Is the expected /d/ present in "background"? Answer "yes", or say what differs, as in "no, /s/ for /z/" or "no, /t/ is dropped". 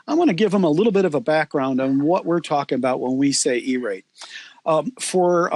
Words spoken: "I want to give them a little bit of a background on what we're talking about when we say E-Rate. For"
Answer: yes